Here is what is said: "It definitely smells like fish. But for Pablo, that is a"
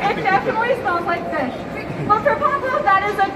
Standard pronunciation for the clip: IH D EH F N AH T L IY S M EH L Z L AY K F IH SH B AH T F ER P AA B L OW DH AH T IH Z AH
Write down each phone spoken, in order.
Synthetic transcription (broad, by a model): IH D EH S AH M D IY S AA N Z L AY K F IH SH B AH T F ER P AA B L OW DH AH T IH Z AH